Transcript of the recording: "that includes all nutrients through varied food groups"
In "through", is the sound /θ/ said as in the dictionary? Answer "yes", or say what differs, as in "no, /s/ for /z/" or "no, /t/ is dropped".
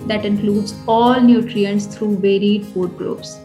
no, /t/ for /θ/